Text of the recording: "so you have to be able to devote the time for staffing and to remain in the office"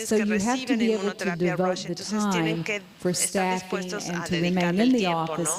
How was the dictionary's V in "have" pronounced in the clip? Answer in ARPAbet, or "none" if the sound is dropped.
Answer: F